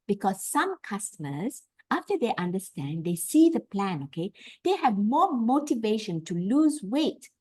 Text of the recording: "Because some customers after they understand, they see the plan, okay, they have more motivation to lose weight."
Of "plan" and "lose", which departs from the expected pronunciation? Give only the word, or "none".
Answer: none